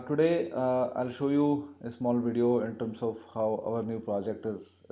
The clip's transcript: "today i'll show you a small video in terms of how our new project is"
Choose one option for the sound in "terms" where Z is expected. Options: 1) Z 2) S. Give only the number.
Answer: 2